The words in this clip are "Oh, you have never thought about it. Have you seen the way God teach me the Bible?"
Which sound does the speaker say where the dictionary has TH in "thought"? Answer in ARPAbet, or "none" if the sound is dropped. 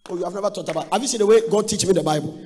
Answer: T